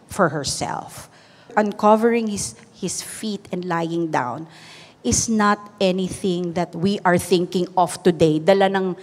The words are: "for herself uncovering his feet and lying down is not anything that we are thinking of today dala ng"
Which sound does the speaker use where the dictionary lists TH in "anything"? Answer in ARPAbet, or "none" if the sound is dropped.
TH